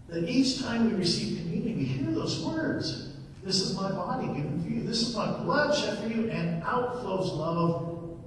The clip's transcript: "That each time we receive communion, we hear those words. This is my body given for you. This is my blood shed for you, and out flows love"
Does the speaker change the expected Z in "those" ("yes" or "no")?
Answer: no